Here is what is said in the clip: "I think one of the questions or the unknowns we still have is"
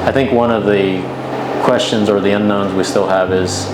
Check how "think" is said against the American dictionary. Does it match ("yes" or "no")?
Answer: yes